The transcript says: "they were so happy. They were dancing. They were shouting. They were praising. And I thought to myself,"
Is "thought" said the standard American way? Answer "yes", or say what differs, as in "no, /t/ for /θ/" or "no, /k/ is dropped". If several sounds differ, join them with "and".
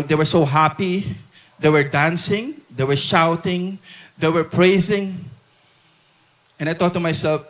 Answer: no, /t/ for /θ/